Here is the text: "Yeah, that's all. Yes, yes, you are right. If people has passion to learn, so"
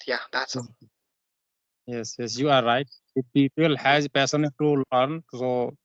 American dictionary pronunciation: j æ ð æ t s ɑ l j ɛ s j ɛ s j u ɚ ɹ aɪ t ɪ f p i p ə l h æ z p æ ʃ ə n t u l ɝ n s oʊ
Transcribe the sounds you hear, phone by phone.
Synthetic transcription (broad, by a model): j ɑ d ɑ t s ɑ j ɛ s j ɛ s j u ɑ ɹ aɪ t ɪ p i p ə l h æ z p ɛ s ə n t u l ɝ n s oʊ